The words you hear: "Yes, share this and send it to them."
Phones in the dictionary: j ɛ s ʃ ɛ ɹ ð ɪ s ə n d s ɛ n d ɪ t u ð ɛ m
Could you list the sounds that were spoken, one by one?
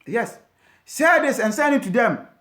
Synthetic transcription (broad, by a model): j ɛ s s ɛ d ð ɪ s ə n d s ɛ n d ɪ t u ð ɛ m